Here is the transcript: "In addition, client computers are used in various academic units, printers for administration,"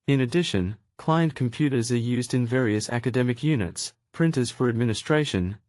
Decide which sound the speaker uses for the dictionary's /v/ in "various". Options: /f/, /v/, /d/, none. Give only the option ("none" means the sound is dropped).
/v/